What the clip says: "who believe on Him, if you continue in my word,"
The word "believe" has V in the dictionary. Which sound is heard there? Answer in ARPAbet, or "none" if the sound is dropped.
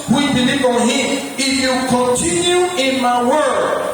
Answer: B